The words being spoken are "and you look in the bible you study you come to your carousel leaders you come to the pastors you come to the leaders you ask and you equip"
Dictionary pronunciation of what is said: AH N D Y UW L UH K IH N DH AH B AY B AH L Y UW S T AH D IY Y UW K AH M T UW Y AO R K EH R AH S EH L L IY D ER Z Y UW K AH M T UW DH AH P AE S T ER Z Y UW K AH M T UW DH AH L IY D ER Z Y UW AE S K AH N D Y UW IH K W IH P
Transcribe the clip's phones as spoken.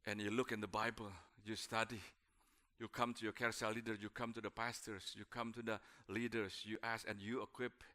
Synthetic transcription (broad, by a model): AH N Y UW L UH K IH N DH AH B AY B AH L Y UW S T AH D IY Y UW K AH M T UW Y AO K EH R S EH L L IY D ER Y UW K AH M T UW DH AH P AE S T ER S Y UW K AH M T UW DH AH L IY D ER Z Y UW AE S AH N Y UW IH K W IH P